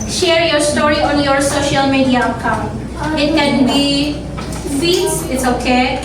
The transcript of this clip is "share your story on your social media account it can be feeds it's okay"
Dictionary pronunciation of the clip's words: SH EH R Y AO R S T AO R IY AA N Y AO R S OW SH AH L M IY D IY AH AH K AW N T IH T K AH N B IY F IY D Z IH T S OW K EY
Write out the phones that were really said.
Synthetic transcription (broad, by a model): SH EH R Y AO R S T AO R IY AA N Y AO R S OW SH AH L M IY D IY AH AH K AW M IH T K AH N B IY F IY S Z IH T S OW K EY